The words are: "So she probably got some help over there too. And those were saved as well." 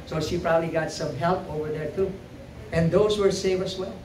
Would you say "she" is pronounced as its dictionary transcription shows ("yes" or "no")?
yes